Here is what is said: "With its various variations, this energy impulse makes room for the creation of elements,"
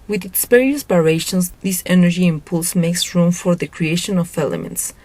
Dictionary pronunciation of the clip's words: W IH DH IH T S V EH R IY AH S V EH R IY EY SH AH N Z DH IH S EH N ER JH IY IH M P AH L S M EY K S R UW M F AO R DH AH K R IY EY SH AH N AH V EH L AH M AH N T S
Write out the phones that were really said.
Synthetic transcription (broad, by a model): W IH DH IH T S P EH R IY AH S B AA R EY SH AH N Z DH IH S EH N ER JH IY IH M P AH L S M EY K S R UW M F AO R DH AH K R IY EY SH AH N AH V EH L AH M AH N T S